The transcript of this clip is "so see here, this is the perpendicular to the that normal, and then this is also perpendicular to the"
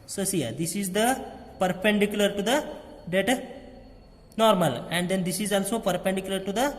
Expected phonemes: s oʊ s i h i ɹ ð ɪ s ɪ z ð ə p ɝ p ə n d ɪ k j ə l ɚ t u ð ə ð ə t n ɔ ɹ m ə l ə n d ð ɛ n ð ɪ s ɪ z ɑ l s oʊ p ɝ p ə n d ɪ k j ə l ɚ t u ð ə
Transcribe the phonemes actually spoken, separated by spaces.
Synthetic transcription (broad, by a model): s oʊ s i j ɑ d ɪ s ɪ z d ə p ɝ p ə n d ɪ k j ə l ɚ t u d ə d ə t n ɔ ɹ m ə l ə n d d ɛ n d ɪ s ɪ z ɑ l s oʊ p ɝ p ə n d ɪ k j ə l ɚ t u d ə